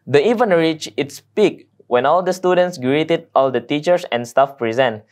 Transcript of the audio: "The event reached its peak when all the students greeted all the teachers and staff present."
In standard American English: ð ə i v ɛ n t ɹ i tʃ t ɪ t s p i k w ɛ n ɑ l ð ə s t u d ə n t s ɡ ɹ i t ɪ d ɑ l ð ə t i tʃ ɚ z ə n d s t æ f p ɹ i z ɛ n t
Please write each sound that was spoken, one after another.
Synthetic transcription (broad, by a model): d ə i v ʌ n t ɹ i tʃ ɪ t s p i k w ɛ n ɑ l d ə s t u d ə n t s ɡ ɹ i t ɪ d ɑ l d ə t i tʃ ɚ s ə n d s t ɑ f p ɹ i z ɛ n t